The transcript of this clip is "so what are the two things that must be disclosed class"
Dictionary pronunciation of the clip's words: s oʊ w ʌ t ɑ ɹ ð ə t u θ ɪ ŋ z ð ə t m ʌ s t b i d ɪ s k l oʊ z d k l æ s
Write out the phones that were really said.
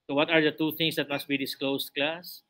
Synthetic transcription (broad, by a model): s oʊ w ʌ t ɑ ɹ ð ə t u t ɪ ŋ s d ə t m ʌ s t b i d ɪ s k l oʊ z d k l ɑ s